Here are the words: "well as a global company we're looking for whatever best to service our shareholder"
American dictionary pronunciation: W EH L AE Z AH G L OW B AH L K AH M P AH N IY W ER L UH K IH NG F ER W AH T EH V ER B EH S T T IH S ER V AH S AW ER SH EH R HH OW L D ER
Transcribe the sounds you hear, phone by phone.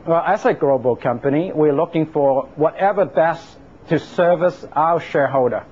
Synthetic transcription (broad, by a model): W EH L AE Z AH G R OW B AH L K AH M P AH N IY W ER L UH K IH NG F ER W AH T EH V ER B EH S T T IH S ER V AH S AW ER SH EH R HH OW L D ER